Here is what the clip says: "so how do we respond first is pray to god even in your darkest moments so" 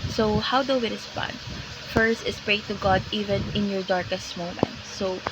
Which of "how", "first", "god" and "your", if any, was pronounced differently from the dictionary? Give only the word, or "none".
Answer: none